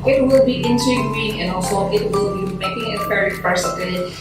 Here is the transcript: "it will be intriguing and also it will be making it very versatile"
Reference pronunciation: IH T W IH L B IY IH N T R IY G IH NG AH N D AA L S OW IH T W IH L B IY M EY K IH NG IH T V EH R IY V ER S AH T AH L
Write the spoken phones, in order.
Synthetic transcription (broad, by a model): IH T W IH L B IY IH N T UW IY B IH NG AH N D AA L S OW IH T W IH L B IY M EY K IH NG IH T P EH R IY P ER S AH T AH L